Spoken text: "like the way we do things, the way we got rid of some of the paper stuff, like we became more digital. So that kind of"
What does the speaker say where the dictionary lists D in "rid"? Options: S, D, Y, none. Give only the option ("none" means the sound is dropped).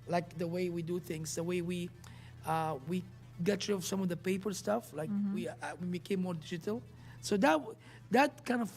none